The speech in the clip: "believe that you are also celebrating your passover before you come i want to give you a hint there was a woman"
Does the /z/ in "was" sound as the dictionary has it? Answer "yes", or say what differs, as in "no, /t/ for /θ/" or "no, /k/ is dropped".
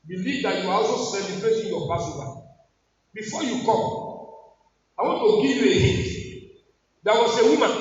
no, /s/ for /z/